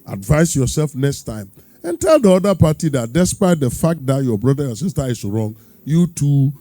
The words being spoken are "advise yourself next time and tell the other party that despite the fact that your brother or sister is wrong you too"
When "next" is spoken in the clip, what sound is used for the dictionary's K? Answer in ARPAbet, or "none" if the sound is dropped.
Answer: K